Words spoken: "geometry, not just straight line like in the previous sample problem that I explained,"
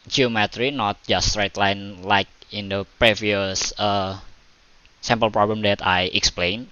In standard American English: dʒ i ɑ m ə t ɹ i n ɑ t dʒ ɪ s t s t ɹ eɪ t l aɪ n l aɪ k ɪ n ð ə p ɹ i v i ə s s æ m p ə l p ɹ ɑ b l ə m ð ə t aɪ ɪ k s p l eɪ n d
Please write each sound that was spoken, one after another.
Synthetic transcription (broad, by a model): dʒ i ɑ m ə t ɹ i n ɑ t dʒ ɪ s s t ɹ eɪ t l aɪ n l aɪ k ɪ n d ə p ɹ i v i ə s s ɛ m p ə l p ɹ ɑ b l ə m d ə t aɪ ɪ k s p l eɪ n